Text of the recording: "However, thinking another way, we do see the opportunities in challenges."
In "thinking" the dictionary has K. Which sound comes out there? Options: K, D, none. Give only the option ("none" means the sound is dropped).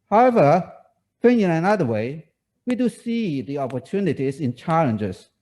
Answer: none